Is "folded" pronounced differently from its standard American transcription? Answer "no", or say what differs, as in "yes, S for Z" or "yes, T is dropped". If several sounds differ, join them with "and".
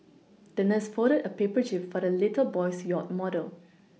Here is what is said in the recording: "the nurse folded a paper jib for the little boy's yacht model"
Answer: yes, L is dropped